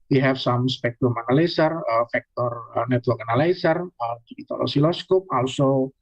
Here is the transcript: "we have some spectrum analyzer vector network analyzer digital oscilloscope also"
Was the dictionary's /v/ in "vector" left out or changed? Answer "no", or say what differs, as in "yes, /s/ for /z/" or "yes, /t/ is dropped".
yes, /f/ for /v/